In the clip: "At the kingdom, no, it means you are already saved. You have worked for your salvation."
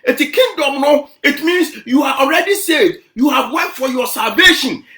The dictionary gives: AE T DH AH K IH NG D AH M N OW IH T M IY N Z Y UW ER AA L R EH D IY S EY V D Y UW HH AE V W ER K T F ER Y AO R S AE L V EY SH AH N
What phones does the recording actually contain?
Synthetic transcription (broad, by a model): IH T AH K IH NG D AH M N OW IH T M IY N S Y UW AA AA L R EH D IY S EY D Y UW HH AE V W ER T F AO Y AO S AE L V EY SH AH N